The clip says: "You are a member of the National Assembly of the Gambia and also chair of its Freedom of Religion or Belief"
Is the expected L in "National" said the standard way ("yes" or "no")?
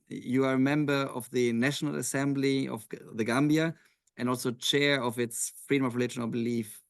yes